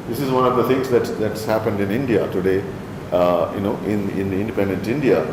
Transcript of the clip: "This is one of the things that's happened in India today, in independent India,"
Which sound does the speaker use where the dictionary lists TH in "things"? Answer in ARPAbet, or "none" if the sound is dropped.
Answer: T